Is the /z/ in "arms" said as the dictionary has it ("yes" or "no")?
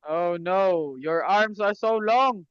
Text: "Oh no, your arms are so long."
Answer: no